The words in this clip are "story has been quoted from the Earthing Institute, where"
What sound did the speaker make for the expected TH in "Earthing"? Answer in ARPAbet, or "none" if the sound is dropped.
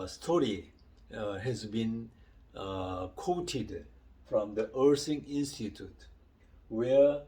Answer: S